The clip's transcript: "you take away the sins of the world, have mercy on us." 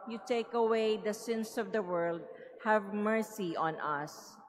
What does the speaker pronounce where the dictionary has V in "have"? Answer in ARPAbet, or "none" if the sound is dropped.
V